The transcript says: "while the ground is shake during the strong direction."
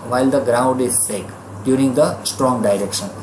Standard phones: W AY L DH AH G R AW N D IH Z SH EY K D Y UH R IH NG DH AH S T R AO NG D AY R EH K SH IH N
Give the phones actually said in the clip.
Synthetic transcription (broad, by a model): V AY L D AH G R AW N D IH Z S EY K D Y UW R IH NG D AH S T R AO NG D AY R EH K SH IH N